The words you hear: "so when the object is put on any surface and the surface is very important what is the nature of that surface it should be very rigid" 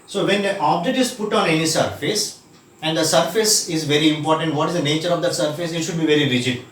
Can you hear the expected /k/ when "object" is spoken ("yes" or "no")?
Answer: no